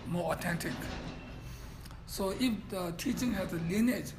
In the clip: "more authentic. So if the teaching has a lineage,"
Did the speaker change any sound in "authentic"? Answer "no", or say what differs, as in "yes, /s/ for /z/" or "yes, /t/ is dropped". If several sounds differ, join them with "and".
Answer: yes, /t/ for /θ/